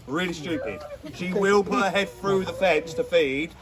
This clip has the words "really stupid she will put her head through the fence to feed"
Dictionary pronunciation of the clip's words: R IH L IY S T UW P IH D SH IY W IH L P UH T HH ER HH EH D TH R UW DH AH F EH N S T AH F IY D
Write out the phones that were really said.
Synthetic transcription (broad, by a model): R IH L IY S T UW P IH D SH IY W IH L P UH T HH ER HH EH D TH R UW DH AH F EH N S T AH F IY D